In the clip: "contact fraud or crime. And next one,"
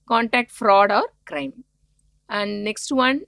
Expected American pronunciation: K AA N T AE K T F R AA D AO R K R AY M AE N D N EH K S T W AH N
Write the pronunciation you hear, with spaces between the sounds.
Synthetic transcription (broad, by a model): K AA N T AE K T F R AA D AO R K R AY M AE N D N EH K S T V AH N